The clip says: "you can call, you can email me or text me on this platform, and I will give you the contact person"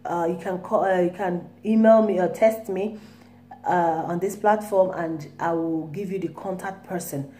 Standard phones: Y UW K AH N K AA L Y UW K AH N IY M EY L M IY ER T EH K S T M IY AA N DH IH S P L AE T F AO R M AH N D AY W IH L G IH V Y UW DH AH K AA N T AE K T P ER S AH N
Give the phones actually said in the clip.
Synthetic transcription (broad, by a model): Y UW K AH N K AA Y UW K AH N IY M EY L M IY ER T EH S T M IY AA N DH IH S P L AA T F AO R M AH N D AY W IH L G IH V Y UW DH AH K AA N T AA K T P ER S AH N